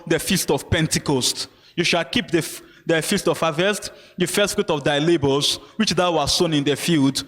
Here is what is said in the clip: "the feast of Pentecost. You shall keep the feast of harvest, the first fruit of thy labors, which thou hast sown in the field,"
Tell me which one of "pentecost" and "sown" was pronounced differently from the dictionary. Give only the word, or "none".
none